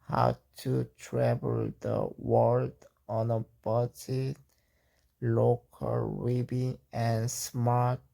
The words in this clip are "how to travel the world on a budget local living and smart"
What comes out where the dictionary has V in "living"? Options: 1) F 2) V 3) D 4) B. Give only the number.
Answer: 4